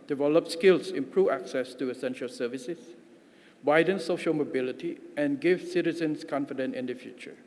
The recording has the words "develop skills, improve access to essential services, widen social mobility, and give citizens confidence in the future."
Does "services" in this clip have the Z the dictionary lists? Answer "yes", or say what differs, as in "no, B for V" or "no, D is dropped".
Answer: no, S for Z